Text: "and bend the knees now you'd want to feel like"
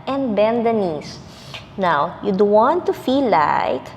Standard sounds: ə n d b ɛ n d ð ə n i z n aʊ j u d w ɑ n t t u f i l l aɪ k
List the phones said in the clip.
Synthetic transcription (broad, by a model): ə n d b ɛ n d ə n i s n aʊ j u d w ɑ n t t u f i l l aɪ k